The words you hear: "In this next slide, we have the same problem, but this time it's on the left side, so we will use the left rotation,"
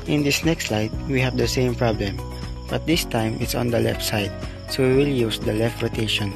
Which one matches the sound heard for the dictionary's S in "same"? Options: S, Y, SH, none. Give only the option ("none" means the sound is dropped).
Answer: S